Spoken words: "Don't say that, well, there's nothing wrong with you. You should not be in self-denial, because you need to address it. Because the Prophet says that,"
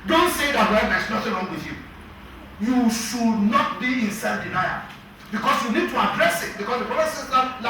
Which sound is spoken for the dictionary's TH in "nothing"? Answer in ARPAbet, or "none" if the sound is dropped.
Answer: T